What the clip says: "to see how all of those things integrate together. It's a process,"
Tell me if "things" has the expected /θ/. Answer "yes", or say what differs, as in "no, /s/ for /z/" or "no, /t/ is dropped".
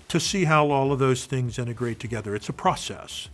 yes